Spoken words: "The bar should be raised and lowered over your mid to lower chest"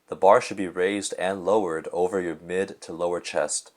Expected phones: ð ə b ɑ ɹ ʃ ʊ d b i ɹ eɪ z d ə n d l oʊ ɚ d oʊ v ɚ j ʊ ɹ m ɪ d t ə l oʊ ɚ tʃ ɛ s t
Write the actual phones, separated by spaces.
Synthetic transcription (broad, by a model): ð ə b ɑ ɹ ʃ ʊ d b i ɹ eɪ z d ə n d l oʊ ɚ d oʊ v ɚ j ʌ ɹ m ɪ d t ə l oʊ ɚ tʃ ɛ s t